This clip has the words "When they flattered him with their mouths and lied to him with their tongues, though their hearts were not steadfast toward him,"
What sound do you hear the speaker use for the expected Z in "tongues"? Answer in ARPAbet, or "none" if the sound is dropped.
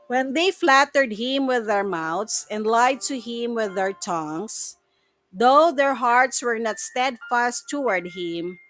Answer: S